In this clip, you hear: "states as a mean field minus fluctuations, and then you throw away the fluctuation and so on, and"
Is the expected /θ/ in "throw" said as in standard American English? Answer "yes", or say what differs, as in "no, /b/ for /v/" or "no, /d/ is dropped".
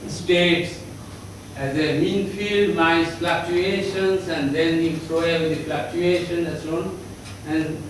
no, /s/ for /θ/